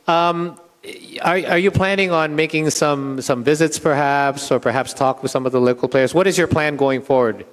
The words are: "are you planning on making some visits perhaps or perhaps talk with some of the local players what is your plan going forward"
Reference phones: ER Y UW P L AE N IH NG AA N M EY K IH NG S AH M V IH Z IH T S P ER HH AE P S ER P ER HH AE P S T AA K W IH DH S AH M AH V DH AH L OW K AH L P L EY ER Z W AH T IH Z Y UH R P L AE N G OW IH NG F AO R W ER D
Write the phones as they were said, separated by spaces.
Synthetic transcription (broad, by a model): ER Y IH P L AE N IH NG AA N M EY K IH NG S AH M V IH Z IH T S P ER HH AE P S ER P ER HH AE P S T AA K W IH DH S AH M AH V DH AH L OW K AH L P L EY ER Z W AH T IH Z Y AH R P L AE N G OW IH NG F AO R W ER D